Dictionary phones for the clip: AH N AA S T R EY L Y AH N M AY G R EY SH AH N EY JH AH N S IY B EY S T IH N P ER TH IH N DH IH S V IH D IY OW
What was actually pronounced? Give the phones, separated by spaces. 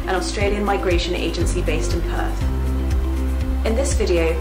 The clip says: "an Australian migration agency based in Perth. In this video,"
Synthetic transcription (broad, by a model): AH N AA S T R EY L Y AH N M AY G R EY SH AH N EY JH AH N S IY B EY S T IH N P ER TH IH N DH IH S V IH D IY OW